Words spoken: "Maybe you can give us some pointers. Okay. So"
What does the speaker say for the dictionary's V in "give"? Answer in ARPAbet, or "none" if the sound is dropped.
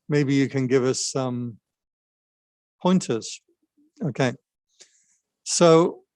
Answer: V